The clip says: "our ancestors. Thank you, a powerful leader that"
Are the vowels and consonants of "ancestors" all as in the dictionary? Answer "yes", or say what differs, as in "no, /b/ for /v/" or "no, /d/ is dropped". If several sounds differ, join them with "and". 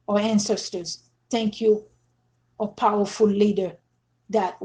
yes